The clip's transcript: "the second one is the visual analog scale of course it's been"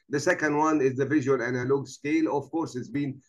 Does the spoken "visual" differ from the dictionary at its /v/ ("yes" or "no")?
no